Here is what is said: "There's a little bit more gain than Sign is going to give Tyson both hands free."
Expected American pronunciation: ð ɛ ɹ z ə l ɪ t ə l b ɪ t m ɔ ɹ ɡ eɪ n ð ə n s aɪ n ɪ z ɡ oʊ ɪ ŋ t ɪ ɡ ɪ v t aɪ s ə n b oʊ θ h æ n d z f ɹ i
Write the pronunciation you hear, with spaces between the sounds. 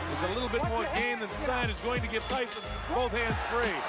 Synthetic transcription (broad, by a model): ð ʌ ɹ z ə l ɪ t l b ɪ t m ɔ ɹ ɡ eɪ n ð ə n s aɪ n ɪ z ɡ oʊ ɪ ŋ t ɪ ɡ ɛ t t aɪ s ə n b oʊ θ h æ n d z f ɹ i